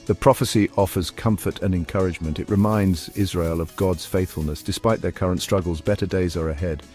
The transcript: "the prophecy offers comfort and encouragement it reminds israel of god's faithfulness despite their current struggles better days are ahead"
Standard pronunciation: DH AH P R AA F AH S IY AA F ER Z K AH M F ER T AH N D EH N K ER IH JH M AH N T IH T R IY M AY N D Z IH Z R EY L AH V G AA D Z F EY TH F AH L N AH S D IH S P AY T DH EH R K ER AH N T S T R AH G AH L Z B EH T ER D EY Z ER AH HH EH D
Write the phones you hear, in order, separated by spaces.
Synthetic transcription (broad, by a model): DH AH P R AA F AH S IY AA F ER Z K AH M F ER T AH N EH N K ER IH JH M AH N T IH T R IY M AY N D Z IH Z R EY L AH V G AA D Z F EY TH F AH L N AH S D IH S P AY T DH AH R K ER AH N T S T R AH G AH L Z B EH T ER D EY Z ER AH HH EH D